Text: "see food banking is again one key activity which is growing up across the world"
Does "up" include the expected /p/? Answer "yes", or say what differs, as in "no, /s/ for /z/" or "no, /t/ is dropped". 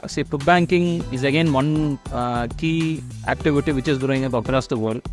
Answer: no, /b/ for /p/